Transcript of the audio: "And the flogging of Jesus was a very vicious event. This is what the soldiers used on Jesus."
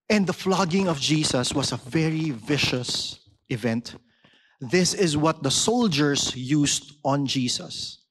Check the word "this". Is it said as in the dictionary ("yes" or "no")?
yes